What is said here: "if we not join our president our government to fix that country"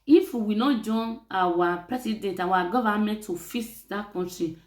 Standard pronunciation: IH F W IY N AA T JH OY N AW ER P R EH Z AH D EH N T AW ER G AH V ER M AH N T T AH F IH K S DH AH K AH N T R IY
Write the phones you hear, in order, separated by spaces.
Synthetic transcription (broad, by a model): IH F W IY N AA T JH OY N AW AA P R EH S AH D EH N T AW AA G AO V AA M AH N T T AH F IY S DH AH K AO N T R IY